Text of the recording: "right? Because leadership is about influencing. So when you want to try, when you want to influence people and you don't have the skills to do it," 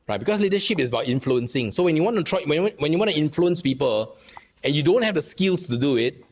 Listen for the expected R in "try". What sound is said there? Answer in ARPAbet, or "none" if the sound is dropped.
W